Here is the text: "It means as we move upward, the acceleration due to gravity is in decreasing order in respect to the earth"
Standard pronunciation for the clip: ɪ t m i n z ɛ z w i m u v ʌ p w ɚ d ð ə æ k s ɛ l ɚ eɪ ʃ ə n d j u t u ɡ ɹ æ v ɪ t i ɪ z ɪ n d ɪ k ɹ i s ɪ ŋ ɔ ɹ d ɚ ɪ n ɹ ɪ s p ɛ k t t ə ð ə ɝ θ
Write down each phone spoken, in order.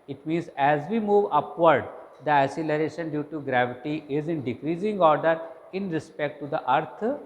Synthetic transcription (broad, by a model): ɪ t m i n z ɛ z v i m u v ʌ p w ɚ d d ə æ s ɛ l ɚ eɪ ʃ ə n d j u t u ɡ ɹ æ v ɪ t i ɪ z ɪ n d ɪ k ɹ i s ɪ ŋ ɔ ɹ d ɚ ɪ n ɹ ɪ s p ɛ k t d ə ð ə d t